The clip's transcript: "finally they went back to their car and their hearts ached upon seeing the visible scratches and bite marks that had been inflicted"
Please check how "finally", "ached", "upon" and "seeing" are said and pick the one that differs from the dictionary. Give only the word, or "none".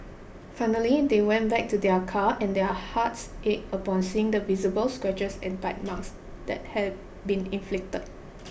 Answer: ached